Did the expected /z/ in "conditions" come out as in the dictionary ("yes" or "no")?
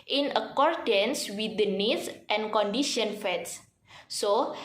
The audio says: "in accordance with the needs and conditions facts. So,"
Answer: no